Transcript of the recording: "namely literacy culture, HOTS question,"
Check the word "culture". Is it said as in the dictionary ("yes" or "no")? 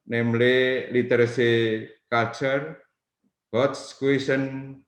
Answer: no